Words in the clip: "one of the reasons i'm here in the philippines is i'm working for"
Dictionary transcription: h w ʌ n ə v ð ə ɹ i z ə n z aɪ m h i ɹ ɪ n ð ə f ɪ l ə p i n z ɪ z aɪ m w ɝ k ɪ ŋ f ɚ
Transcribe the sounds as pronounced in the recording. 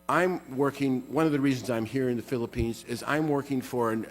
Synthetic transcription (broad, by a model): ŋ w ʌ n ə v ð ə ɹ i z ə n z aɪ m h i ɹ ɪ n ð ə f ɪ l ə p i n z ɪ z aɪ m w ɝ k ɪ ŋ f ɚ